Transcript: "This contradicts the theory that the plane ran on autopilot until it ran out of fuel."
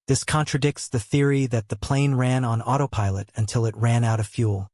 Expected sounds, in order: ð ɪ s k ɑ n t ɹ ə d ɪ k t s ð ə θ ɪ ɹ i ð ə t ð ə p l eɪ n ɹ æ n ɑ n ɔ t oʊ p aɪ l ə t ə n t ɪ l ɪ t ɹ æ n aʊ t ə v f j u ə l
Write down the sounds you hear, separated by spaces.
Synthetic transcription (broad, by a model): ð ɪ s k ɑ n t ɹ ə d ɪ k t s ð ə θ ɪ ɹ i ð ə t ð ə p l eɪ n ɹ æ n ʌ n ɔ t oʊ p aɪ l ə t ə n t ɪ l ɪ t ɹ æ n aʊ t ə v f j u l